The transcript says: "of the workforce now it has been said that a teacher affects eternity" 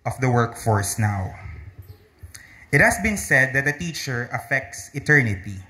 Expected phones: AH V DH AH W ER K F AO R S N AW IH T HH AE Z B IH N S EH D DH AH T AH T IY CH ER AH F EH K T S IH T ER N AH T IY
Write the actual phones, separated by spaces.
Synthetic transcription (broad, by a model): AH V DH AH W ER K F AO R S N AW IH T HH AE S B IH N S EH D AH T AH T IY CH ER AH F EH K T S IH T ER N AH T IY